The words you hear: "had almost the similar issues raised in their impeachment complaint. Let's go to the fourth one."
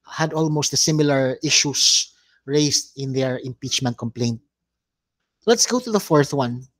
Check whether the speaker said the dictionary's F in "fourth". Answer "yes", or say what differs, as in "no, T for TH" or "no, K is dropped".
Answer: yes